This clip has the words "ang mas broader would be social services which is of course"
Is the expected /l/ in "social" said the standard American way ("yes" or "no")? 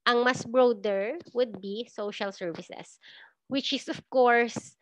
yes